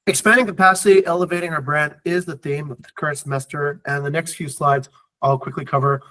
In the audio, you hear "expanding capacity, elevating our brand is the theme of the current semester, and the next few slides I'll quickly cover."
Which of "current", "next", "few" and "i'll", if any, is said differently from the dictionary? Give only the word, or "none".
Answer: none